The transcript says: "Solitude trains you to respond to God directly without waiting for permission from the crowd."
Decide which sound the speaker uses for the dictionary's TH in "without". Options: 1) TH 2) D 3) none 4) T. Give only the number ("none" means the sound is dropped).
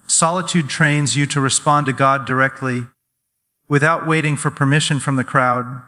1